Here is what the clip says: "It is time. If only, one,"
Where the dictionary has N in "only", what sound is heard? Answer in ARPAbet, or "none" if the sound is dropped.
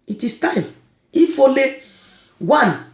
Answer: none